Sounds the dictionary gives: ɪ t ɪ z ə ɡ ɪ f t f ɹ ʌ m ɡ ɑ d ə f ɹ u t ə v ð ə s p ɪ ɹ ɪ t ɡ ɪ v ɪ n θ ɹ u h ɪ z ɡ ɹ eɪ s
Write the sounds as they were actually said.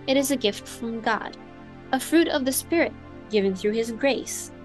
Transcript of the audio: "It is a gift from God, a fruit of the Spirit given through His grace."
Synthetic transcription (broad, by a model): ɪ t ɪ z ə ɡ ɪ f t f ɹ ʌ m ɡ ɑ d ə f ɹ u t ə v ð ə s p ɪ ɹ ɪ t ɡ ɪ v ɪ n θ ɹ u ɪ z ɡ ɹ eɪ s